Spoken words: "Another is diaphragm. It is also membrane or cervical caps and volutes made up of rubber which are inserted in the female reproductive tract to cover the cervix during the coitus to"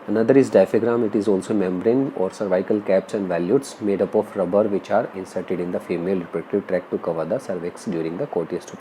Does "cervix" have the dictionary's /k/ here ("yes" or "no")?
yes